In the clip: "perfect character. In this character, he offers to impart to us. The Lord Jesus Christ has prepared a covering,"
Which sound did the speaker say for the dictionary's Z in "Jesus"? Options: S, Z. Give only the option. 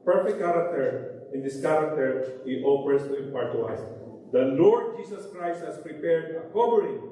S